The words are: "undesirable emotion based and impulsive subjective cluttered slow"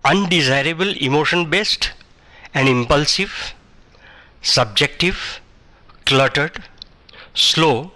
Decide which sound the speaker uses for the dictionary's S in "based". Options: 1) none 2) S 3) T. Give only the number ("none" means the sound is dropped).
2